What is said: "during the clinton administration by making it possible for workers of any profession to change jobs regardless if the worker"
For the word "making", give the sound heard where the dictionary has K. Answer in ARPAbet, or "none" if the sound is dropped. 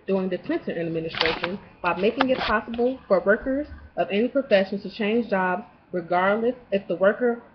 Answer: K